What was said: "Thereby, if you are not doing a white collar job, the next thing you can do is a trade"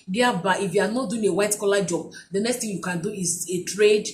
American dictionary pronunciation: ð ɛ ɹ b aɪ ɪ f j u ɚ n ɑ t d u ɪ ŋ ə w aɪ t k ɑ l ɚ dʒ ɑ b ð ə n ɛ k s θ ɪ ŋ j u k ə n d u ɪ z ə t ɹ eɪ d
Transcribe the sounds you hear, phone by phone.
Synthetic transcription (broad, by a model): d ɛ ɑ b aɪ ɪ f j u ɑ n ɑ t d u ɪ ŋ ə w aɪ t k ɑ l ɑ dʒ ɑ b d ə n ɛ k s t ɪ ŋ j u k ə n d u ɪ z ə t ɹ eɪ d